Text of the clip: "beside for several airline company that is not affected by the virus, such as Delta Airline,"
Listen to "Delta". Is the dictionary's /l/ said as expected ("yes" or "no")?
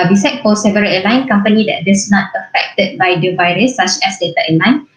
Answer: no